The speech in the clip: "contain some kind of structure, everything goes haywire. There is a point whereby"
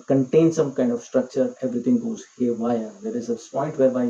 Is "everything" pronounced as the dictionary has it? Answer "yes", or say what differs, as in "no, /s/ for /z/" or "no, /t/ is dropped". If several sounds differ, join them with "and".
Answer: no, /t/ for /θ/